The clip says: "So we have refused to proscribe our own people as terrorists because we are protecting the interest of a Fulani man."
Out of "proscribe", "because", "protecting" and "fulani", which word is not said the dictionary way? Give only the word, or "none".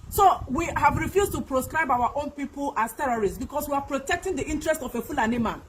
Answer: because